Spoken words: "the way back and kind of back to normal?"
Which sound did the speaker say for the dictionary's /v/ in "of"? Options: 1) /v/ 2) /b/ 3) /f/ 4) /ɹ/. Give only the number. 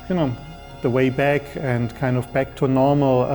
1